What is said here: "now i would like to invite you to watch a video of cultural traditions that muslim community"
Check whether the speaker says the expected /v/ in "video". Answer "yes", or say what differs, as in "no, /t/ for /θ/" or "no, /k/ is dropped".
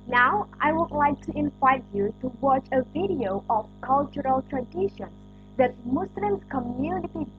yes